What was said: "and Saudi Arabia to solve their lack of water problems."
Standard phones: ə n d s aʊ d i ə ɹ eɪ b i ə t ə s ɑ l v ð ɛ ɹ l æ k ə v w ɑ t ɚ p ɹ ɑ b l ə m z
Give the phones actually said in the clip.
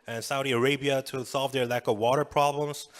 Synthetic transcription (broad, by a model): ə n s aʊ d i ə ɹ eɪ b i ə t ə s ɑ l v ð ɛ ɹ l æ k ə v w ɑ t ɚ p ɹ ɑ b l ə m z